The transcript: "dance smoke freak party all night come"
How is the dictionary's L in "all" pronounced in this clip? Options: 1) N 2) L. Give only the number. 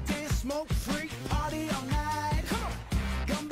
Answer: 1